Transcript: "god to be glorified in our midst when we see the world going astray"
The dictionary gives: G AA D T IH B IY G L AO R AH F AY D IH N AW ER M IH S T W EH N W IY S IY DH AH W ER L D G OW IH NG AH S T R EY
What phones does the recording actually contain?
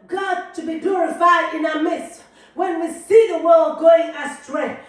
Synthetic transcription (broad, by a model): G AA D T IH B IY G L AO R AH F AY D IH N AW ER M IH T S W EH N W IY S IY DH AH W ER L D G OW IH NG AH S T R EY